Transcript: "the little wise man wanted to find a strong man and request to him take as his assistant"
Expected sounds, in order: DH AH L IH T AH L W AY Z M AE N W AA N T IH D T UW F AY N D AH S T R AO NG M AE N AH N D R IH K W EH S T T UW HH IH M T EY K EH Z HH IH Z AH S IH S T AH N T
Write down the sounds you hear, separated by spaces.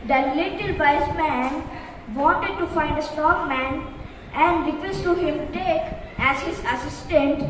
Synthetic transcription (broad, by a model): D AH L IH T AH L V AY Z M AE N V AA N T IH D T UW F AY N D AH S T AO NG M AE N AH N D R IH K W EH S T T UW HH IH M T EY K EH Z HH IH Z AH S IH S T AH N T